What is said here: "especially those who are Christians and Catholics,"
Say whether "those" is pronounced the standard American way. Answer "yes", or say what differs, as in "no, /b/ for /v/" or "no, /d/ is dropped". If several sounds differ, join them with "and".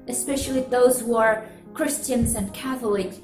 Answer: yes